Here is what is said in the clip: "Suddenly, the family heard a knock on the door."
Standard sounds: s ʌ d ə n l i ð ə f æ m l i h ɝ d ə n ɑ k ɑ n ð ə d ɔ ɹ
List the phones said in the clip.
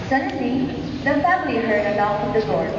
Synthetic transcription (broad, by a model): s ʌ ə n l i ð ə f æ m l i h ɝ d ə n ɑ ʊ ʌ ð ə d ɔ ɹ